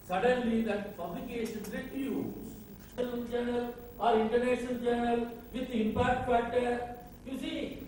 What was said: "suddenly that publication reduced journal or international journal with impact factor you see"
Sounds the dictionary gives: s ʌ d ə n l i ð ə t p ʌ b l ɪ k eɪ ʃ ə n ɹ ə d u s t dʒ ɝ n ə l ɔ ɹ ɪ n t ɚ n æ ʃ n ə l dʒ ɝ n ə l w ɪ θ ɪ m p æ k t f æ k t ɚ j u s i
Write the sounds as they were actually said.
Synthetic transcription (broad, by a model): s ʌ d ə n l i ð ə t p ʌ b l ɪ k eɪ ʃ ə n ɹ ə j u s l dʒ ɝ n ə l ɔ ɹ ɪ n t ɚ n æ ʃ n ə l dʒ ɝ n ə l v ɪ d ɪ m p æ k t p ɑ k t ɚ j u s i